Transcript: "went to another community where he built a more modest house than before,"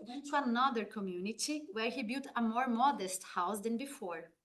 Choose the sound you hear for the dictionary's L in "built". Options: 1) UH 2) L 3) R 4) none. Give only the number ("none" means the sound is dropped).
4